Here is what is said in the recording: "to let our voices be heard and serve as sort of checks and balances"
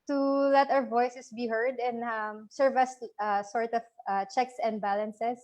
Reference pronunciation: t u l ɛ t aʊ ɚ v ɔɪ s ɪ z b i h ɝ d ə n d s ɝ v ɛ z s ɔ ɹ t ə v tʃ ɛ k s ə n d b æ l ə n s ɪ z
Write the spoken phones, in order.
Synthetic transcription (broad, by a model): t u l ɛ t aʊ ɚ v ɔɪ s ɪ s b i h ɝ d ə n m s ɝ v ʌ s s ɔ ɹ t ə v tʃ ɛ k s ə n d b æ l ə n s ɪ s